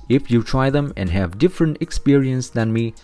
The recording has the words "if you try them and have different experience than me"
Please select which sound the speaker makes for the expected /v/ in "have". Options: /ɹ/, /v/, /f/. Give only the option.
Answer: /v/